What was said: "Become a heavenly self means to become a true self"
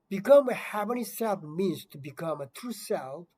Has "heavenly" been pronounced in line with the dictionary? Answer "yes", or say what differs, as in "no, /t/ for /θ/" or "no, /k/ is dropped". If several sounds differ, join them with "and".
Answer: no, /l/ is dropped